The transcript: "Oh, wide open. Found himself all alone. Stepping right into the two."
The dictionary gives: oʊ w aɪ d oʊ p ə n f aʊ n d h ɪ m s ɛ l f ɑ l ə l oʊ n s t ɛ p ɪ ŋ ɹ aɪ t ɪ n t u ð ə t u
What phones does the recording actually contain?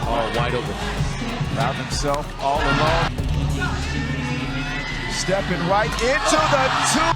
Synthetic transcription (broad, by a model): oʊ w aɪ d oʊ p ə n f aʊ d h ɪ m s ɛ l f ɑ l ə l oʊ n s t ɛ p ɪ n ɹ aɪ t ɪ n t u ð ə t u